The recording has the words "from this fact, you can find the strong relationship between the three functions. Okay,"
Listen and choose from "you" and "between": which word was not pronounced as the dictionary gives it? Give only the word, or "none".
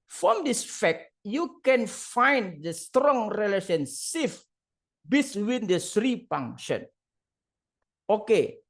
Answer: between